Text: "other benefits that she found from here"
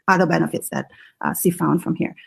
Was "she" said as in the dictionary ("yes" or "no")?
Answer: no